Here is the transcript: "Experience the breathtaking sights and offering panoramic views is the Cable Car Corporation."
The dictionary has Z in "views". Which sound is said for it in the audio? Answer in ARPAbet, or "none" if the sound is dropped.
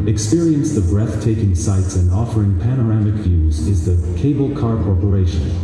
Z